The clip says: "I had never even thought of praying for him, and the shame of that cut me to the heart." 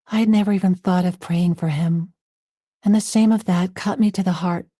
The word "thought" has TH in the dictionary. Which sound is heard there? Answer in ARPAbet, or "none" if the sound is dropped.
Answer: TH